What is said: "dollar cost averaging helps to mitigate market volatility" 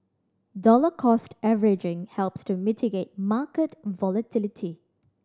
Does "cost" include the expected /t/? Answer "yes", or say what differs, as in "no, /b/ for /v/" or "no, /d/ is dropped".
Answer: yes